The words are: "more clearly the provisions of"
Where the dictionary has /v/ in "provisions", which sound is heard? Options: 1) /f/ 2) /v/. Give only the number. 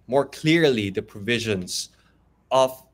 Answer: 2